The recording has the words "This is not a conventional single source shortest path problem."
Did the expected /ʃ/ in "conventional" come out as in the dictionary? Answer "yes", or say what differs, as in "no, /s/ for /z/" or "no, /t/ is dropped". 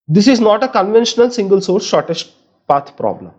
yes